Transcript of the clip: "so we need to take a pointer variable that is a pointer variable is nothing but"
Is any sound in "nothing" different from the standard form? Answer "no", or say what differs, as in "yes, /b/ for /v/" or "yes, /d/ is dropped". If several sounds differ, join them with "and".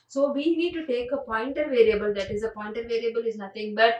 yes, /t/ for /θ/